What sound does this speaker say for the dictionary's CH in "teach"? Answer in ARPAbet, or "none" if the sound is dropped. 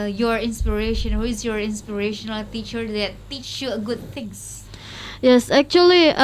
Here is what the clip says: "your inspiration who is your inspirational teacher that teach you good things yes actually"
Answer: CH